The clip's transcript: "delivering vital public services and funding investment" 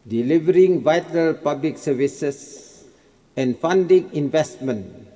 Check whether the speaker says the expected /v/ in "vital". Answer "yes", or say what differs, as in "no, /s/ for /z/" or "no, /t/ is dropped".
yes